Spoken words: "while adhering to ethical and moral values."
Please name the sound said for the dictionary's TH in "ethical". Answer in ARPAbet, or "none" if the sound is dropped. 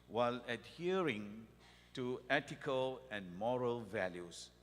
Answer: T